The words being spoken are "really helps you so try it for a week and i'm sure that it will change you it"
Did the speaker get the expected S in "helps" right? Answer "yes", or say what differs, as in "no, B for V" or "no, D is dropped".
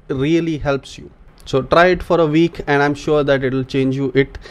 yes